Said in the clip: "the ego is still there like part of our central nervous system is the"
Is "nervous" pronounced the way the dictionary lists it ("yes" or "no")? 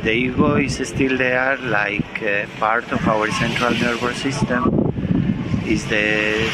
no